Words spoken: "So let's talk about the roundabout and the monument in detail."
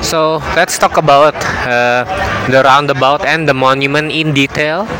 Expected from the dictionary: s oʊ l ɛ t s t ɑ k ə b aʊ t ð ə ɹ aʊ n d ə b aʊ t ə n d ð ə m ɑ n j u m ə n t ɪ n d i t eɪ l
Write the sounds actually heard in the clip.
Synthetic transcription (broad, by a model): s oʊ l ɛ t s t ɑ k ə b aʊ t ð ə ɹ aʊ n d ə b aʊ t ə n d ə m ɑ n j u m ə n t ɪ n d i t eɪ l